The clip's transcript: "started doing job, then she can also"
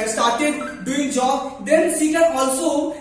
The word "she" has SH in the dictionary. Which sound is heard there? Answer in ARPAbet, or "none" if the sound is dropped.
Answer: S